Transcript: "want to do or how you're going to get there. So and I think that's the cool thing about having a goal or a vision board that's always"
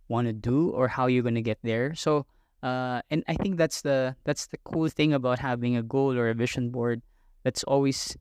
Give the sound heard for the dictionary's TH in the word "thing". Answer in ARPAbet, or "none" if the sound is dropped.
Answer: TH